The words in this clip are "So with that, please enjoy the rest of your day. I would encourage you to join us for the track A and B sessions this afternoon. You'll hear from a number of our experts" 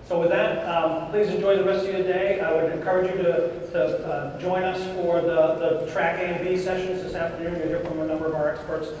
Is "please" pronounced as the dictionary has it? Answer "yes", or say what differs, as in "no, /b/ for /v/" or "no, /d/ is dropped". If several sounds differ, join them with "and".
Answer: yes